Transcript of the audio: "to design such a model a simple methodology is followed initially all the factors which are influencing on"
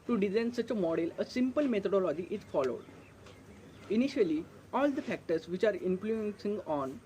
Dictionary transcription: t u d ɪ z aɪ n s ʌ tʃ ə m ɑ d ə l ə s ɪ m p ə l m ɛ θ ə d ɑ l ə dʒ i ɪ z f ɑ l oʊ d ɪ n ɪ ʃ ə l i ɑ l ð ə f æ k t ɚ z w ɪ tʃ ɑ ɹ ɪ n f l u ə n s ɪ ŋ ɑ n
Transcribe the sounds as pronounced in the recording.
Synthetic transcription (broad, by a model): t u d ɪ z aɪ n s ʌ tʃ ə m ɑ d ə l ə s ɪ m p ə l m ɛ t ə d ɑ l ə dʒ i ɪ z f ɑ l oʊ d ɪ n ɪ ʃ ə l i ɑ l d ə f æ k t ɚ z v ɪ tʃ ɑ ɹ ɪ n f l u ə n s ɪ ŋ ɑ n